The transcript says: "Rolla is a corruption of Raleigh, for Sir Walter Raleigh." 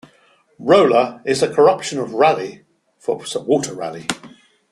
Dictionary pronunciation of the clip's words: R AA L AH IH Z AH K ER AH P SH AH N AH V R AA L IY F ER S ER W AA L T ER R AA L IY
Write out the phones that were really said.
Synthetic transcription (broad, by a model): R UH L AH IH Z AH K ER AH P SH AH N AH V R AA L IY F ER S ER W AA T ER R AA L IY